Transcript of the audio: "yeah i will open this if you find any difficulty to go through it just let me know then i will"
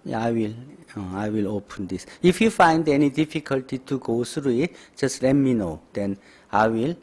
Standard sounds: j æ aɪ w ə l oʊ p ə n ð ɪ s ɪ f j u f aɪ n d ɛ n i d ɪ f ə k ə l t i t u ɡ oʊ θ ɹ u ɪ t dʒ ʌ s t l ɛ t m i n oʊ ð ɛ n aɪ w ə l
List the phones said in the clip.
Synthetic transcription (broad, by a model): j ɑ aɪ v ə l oʊ p ə n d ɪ s ɪ f j u f aɪ n d ɛ n i d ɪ f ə k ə l t i t u ɡ oʊ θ ɹ u ɪ t dʒ ʌ s t l ɛ t m i n oʊ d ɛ n aɪ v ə l